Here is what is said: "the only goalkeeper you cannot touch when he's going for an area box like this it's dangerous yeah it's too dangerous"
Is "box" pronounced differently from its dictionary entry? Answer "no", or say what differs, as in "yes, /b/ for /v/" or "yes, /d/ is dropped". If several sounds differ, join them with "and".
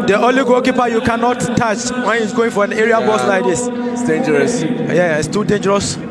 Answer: yes, /k/ is dropped